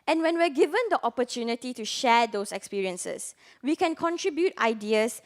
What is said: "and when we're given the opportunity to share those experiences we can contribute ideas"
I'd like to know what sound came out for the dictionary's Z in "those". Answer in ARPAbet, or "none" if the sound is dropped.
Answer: S